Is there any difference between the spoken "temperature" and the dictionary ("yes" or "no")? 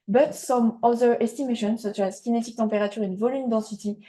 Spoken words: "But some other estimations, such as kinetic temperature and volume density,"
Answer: yes